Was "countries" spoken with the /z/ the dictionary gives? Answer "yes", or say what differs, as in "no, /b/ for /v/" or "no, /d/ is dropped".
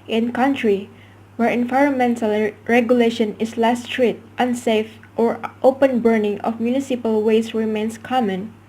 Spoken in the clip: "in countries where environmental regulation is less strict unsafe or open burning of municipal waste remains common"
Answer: no, /z/ is dropped